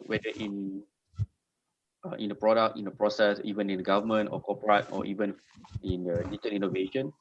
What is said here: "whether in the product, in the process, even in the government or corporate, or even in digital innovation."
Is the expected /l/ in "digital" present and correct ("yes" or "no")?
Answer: no